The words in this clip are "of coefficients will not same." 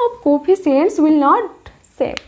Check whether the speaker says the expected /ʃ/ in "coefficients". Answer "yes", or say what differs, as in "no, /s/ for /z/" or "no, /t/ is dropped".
no, /s/ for /ʃ/